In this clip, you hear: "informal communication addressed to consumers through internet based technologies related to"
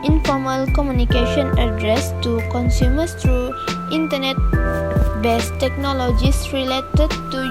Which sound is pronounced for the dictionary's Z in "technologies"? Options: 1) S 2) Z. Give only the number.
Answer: 1